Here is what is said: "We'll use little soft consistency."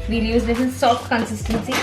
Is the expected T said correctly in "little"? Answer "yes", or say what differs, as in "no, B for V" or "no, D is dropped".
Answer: no, S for T